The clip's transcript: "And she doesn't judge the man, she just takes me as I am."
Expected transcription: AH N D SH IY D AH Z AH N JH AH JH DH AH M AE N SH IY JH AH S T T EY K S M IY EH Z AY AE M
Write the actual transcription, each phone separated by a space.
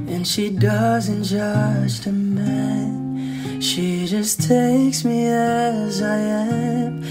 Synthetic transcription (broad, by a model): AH N SH IY D AH Z AH N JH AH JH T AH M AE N SH IY JH AH S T T EY K S M IY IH Z AY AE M